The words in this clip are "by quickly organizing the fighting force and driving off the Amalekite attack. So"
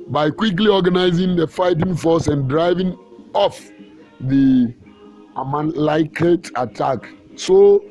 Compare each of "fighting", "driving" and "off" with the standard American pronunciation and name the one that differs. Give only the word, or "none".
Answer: none